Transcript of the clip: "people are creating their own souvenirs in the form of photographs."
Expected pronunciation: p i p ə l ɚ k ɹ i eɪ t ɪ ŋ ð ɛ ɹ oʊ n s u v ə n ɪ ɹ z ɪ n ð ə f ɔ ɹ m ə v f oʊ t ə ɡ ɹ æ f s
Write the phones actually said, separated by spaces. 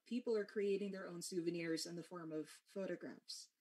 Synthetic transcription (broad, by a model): p i p l ɚ k ɹ i eɪ t ɪ ŋ ð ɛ ɹ oʊ n s u v ə n ɪ ɹ z ɪ n ð ə f ɔ ɹ m ə v f oʊ t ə ɡ ɹ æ f s